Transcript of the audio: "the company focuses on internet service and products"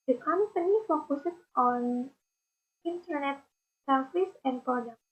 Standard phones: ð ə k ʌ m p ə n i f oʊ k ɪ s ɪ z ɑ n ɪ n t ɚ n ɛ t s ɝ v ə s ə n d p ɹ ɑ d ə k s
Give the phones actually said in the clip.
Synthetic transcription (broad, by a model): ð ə k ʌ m p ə n i f oʊ k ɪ s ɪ s ɑ n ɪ n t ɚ n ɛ t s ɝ f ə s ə n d p ɹ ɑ d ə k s